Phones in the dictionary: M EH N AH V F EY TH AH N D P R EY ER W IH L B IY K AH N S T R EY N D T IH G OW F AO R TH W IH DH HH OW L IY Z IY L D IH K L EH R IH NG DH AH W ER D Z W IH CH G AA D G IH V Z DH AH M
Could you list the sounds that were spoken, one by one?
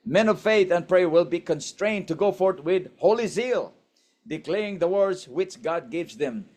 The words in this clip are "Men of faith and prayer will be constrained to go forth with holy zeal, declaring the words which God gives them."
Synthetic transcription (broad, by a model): M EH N AH V F EY TH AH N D P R EY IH W IH L B IY K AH N S T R EY N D T IH G OW F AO R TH W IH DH HH OW L IY Z IY L D IH K L EH R IH NG DH AH W ER D Z W IH CH G AA D G IH V Z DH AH M